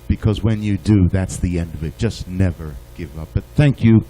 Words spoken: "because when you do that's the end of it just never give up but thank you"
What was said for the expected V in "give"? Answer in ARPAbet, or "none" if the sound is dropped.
V